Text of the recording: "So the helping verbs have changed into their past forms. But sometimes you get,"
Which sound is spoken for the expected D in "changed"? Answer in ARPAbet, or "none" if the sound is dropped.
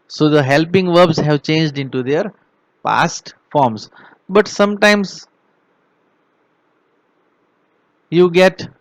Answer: D